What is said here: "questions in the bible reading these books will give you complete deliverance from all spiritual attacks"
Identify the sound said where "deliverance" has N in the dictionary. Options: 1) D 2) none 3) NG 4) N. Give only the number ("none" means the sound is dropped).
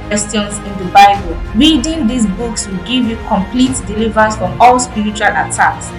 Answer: 2